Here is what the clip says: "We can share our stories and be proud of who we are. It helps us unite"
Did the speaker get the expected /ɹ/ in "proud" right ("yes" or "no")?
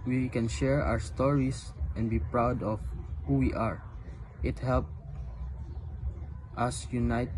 yes